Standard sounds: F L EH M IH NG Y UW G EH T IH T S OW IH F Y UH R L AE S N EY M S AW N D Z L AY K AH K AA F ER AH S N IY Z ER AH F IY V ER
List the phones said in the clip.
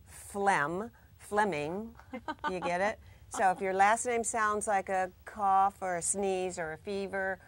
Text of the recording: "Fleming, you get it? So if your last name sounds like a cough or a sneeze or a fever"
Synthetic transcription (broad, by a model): F L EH M IH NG Y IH G EH T IH T S OW IH F Y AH R L AE S N EY M S AW N D Z L AY K AH K AA F ER AH S N IY Z ER AH F IY V ER